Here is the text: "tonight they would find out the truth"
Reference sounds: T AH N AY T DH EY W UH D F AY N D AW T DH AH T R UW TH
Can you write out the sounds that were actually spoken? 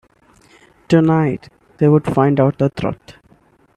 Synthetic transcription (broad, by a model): T AH N AY T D EY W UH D F AY N D AW T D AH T R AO T